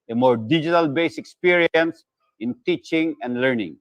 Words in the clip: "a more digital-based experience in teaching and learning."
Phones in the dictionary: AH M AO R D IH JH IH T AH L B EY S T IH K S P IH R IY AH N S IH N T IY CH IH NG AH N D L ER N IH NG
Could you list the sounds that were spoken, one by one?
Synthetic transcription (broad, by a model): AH M AO R D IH JH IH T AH L B EY S IH K S P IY R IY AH N S IH N T IY CH IH NG AH N D L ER N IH NG